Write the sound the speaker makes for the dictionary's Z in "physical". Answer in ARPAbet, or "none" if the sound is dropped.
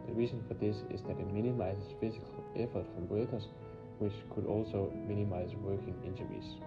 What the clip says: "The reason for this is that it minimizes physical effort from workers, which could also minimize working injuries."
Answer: S